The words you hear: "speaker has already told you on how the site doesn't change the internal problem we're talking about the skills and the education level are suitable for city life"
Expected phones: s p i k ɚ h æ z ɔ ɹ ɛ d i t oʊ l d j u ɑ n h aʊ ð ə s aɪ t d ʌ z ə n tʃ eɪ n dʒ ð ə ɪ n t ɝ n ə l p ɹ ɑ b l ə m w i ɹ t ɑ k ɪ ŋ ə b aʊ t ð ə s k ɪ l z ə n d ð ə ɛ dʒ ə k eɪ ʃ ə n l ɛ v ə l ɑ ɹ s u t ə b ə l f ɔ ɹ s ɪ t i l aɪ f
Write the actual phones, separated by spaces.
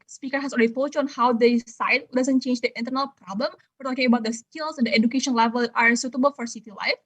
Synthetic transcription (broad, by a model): s p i k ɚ h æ s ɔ l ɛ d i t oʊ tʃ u ɑ n h aʊ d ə s aɪ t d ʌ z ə n tʃ eɪ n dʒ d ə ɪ n t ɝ n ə l p ɹ ɑ b l ə m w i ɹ t ɑ k ɪ ŋ ə b aʊ t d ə s k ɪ l s ə n d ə ɛ dʒ ə k eɪ ʃ ə n l ɛ v ə l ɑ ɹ s u t ə b ə l f ɔ ɹ s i t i l aɪ f